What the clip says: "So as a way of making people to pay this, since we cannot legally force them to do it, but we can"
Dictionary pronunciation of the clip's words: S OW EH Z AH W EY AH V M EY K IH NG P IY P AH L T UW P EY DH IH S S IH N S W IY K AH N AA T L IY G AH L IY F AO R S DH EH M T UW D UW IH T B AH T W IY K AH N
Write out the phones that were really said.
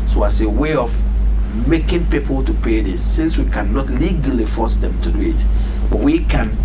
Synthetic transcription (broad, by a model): S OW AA S AH W EY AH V M EY K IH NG P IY P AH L T UW P EY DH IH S S IH N S W IY K AH N AA T L IY G AH L IY F AO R S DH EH M T UW D UW IH T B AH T W IY K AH N